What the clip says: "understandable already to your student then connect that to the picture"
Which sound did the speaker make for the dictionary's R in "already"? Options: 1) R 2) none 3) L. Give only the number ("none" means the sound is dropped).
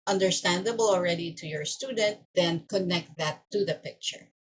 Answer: 1